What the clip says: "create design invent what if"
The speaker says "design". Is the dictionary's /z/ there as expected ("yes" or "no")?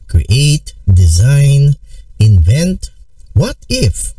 yes